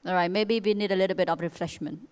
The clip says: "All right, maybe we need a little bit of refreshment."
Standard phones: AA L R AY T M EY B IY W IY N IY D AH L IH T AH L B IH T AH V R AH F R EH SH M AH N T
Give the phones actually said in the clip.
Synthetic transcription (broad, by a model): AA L R AY T M EY B IY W IY N IY D AH L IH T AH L B IH T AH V R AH F R EH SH M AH N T